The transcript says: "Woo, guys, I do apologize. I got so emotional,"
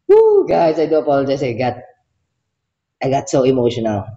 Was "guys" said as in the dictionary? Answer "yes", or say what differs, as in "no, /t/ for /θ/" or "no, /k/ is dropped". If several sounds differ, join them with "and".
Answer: no, /s/ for /z/